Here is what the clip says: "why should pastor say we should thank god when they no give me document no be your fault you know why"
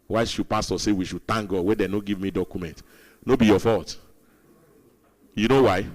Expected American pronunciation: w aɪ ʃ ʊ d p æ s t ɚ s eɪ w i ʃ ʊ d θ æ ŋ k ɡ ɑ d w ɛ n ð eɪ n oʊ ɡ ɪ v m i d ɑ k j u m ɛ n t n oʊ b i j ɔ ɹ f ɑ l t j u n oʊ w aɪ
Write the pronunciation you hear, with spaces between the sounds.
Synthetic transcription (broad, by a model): w aɪ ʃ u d p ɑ s t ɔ s eɪ w i ʃ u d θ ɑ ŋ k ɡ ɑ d w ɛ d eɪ n oʊ ɡ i v m i d ɑ k j u m ɛ n t n oʊ b i j ɔ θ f ɑ t j u n oʊ w aɪ